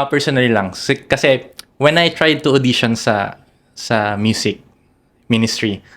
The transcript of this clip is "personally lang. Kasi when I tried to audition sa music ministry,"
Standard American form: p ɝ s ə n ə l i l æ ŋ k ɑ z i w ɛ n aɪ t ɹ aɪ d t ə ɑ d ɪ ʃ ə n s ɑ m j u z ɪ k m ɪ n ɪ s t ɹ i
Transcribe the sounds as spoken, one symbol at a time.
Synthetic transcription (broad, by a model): p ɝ s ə n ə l l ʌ ŋ k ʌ s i w ɛ n aɪ t ɹ aɪ d t ə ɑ d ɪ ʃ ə n s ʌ m j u s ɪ k m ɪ n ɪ s t ɹ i